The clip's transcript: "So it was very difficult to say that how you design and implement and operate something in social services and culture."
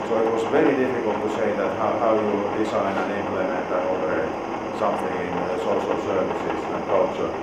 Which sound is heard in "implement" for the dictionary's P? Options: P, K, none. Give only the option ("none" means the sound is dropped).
none